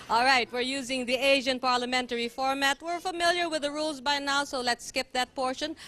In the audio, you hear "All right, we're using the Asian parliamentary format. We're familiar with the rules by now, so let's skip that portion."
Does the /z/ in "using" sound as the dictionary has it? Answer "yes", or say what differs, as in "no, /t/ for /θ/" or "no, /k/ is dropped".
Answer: yes